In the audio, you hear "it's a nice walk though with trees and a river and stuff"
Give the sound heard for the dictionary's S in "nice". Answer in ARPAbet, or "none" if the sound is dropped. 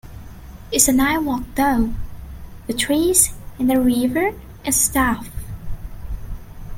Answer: none